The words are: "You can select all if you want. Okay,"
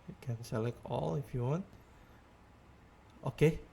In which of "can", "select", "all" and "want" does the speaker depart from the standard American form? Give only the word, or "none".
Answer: select